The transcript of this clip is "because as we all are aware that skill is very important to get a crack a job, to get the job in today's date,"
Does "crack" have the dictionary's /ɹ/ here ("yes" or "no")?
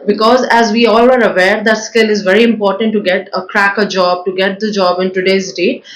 yes